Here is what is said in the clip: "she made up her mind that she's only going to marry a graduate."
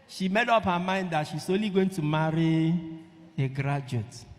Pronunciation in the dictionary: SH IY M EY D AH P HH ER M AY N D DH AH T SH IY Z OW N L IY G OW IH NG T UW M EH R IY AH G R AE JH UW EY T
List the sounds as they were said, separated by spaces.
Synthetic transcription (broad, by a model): SH IY M EY D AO P HH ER M AY N D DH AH T SH IY S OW L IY G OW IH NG T UW M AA R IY AH G R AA JH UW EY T